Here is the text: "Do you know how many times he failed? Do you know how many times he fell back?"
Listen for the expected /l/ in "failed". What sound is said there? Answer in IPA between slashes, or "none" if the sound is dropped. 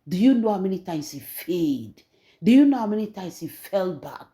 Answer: none